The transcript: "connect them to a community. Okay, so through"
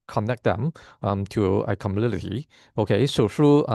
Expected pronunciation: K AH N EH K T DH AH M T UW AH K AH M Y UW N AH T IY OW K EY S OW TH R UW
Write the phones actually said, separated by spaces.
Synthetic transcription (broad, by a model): K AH N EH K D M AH M T UW AH K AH M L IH L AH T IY OW K EY S OW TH R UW